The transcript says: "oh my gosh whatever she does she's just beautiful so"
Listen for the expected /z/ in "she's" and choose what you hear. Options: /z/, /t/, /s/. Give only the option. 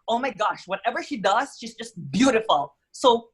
/z/